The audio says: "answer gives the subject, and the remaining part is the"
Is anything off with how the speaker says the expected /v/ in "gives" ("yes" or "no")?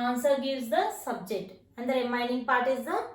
yes